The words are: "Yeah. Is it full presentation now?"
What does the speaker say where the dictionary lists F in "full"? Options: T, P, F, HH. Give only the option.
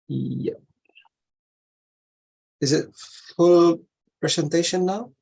F